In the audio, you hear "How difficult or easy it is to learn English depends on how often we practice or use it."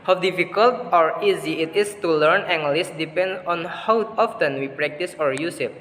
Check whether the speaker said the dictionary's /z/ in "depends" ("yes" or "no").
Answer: no